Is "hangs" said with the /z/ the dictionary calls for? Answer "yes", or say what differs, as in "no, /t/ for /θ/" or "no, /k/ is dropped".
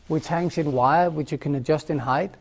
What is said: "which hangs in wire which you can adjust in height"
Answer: no, /s/ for /z/